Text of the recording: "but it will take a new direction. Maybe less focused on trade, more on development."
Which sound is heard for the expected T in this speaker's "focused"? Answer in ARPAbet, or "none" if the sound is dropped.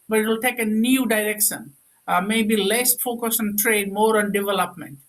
none